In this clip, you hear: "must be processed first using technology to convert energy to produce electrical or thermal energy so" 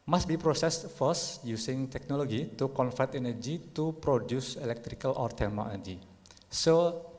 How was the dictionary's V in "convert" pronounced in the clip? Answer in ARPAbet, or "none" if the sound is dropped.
F